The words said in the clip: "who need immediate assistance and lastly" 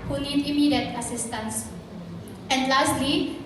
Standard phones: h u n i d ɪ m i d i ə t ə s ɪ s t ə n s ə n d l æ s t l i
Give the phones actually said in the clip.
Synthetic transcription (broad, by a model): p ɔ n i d ɪ m i d i ə t ə s ɪ s t ə n s ə n d l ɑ s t l i